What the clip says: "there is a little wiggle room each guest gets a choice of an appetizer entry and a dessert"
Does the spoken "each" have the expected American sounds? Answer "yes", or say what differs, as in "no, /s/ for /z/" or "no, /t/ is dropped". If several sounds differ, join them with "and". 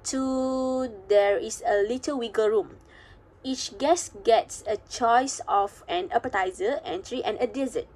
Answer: yes